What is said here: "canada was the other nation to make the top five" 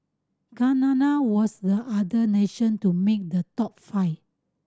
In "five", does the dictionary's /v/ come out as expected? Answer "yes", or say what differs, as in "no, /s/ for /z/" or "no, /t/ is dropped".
no, /v/ is dropped